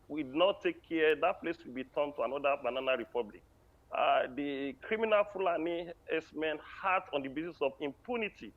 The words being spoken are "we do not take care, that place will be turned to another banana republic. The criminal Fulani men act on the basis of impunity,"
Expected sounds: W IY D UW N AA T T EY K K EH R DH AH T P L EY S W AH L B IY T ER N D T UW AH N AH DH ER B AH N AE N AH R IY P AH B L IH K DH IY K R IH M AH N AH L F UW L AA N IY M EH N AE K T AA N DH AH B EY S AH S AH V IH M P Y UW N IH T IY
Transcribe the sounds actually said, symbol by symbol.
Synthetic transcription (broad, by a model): W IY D N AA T T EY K K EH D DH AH T P L EY S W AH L B IY T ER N T UW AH N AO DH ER B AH N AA N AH R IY P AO B L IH K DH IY K R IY M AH N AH L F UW L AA N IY M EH N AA T AA N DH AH B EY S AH S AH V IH M P Y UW N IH T IY